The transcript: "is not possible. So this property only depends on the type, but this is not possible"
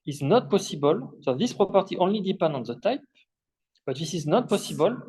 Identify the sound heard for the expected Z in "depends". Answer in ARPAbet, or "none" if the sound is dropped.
none